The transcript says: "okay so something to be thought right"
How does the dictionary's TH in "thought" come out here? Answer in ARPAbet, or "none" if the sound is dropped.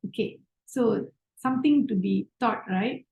T